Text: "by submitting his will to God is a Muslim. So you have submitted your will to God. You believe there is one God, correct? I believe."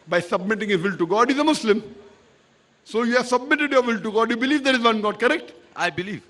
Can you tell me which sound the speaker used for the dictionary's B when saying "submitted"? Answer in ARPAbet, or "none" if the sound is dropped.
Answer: B